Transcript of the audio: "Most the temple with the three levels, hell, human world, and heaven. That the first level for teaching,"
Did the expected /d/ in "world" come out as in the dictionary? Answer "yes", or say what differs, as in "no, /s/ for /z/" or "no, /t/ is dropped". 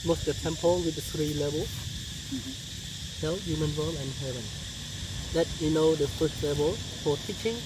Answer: no, /d/ is dropped